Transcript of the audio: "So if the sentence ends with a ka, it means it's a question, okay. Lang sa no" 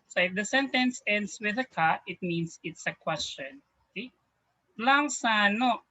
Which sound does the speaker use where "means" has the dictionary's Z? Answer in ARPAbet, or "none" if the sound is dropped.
S